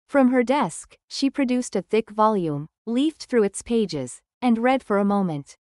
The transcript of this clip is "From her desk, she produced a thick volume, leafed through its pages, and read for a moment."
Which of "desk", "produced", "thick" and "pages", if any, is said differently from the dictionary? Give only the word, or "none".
none